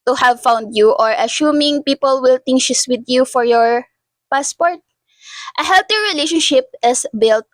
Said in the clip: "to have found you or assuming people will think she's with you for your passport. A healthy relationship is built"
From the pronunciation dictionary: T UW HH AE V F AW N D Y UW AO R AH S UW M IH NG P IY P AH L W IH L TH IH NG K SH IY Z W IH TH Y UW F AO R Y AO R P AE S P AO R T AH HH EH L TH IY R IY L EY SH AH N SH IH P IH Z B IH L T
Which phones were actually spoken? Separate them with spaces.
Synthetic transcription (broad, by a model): T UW HH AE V F AW N D Y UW AO R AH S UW M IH NG P IY P AH L W IH L T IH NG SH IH S W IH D Y UW F AO R Y AO R P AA S P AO R T AH HH EH L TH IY R IY L EY SH AH N SH IH P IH S B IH L T